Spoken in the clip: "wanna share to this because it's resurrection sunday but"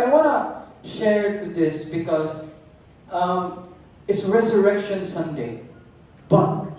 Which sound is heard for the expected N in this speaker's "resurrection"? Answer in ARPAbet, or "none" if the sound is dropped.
N